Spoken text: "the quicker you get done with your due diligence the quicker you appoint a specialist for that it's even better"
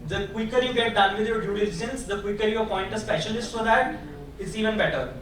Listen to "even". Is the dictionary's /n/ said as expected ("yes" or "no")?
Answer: yes